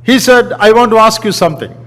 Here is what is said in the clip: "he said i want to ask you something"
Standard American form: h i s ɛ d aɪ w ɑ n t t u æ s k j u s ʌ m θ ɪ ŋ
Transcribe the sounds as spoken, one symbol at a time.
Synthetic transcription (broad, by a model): h i s ɛ d aɪ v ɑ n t t u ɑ s k j u s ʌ m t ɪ ŋ